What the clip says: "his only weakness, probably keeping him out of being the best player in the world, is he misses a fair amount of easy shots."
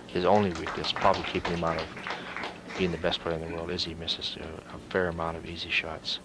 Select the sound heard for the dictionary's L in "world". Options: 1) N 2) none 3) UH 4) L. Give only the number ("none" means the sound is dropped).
4